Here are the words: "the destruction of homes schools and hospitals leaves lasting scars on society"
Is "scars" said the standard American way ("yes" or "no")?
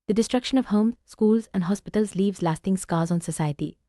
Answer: no